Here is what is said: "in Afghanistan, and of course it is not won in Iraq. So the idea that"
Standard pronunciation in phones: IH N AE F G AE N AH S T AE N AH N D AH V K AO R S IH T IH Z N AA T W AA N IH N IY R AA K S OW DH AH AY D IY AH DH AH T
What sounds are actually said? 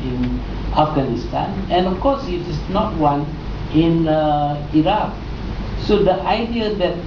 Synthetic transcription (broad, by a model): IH N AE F G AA N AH S T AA N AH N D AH F K AO S IH T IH S N AA T W AA N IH N IY R AA K S OW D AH AY D IY AH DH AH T